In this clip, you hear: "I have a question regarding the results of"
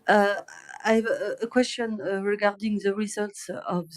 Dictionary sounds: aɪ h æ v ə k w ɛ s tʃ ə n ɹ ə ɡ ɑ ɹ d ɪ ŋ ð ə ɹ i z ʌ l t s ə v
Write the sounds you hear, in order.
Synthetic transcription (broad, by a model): aɪ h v ə k w ɛ s tʃ ə n ɹ ə ɡ ɑ ɹ d ɪ ŋ ð ə ɹ i z ʌ l t s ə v